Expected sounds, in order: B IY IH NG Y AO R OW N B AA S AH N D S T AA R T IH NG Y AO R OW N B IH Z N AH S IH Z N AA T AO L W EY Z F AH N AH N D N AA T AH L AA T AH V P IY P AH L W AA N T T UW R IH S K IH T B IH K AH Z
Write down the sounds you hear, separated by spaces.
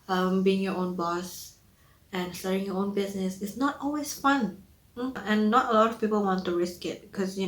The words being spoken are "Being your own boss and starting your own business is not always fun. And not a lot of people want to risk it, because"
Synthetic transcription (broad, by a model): B IY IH NG Y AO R OW N B AA S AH N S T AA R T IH NG Y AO OW N B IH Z N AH S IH S N AA T AO L W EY S F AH N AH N N AA T AH L AA T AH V P IY P AH L W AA N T T UW R IH S K IH T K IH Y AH